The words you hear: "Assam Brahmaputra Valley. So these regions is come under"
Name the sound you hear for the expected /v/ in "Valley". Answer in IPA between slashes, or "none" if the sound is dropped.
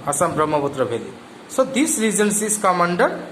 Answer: /b/